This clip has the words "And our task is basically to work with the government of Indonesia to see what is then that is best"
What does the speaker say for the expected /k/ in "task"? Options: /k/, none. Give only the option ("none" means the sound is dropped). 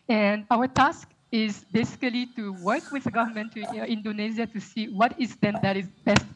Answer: /k/